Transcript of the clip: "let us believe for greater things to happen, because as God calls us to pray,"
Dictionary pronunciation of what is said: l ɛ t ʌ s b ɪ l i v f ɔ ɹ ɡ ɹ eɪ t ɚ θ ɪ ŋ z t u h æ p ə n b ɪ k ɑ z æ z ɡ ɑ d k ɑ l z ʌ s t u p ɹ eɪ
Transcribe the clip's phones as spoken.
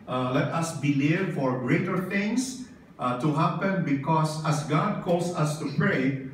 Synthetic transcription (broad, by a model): l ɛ t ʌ s b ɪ l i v f ɔ ɹ ɡ ɹ eɪ t ɚ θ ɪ ŋ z t u h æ p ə n b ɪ k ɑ s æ s ɡ ɑ d k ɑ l s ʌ s t u p ɹ eɪ